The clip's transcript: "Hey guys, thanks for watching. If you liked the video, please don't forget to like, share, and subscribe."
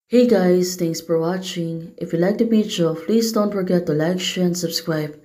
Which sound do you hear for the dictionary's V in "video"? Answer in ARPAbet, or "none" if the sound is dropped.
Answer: B